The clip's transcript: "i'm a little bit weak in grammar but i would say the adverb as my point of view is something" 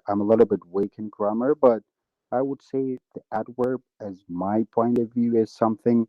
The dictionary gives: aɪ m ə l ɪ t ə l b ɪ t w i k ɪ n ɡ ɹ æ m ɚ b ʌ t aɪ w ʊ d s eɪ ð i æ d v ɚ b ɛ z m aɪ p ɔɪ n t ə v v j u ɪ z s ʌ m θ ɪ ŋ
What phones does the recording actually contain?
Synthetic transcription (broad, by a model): aɪ m ə l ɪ t l b ɪ t w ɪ k ɪ n ɡ ɹ æ m ɚ b ʌ t aɪ w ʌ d s eɪ ð i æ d w ɚ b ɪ z m aɪ p ɔɪ n t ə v v j u ɪ z s ʌ m θ ɪ ŋ